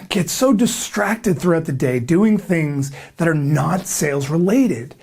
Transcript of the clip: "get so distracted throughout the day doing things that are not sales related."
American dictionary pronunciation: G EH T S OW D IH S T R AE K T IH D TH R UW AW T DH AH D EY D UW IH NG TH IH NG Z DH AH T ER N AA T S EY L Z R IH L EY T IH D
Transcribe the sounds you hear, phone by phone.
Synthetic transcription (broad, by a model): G EH T S OW D IH S T R AE K T IH D TH R UW AW T DH AH D EY D UW IH NG TH IH NG Z DH AH T ER N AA T S EY L Z R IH L EY T IH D